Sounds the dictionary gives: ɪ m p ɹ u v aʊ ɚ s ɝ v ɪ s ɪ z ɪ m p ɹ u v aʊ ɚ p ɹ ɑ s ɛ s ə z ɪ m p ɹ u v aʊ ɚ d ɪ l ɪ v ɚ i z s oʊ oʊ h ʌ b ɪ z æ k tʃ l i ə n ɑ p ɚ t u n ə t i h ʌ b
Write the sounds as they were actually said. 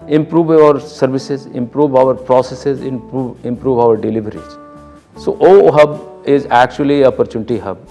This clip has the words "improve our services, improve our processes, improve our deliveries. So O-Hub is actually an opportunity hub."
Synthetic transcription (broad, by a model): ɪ m p ɹ u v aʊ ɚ s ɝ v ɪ s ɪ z ɪ m p ɹ u v aʊ ɚ p ɹ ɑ s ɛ s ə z ɪ m p ɹ u v aʊ ɚ d ɪ l ɪ v ɚ i z s oʊ oʊ h ʌ b ɪ z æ k tʃ i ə l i p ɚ t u n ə t i h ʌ b